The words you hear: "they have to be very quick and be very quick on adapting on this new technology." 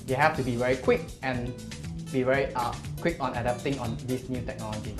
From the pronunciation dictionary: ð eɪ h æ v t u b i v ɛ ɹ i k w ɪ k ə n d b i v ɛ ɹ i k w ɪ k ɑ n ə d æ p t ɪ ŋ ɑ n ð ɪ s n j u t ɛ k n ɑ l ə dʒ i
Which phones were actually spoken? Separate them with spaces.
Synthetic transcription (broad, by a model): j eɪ h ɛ f t u b i v ɛ ɹ i k w ɪ k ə n b i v ɛ ɹ i k w ɪ k ɑ n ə d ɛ p t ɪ ŋ ɑ n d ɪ s n j u t ɛ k n ɑ l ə dʒ i